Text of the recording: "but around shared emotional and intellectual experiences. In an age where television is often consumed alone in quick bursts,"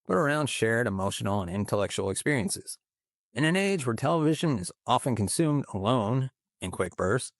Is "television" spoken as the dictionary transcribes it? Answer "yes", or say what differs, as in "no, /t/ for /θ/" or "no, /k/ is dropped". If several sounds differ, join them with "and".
yes